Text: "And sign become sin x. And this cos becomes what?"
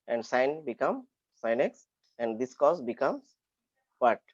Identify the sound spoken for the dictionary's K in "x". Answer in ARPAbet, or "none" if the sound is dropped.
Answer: K